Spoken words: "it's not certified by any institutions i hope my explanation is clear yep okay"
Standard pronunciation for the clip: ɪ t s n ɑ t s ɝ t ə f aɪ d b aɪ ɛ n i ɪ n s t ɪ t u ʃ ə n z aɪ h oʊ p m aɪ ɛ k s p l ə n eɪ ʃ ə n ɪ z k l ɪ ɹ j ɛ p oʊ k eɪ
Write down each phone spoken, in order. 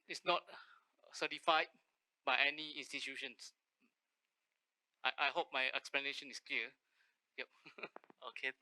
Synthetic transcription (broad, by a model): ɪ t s n ɑ t s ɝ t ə f aɪ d b aɪ ɛ n i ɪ n s t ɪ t u ʃ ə n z aɪ h oʊ p m aɪ ɛ k s p l ə n eɪ ʃ ə n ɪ s k l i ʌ j ɛ p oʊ k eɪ